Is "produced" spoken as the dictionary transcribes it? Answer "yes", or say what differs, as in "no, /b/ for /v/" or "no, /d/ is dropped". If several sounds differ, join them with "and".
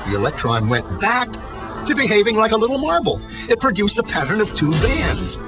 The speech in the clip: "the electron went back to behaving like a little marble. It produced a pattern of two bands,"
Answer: yes